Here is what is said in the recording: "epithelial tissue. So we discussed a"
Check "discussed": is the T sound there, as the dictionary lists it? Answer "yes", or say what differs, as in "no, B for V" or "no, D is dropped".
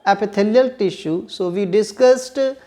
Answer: yes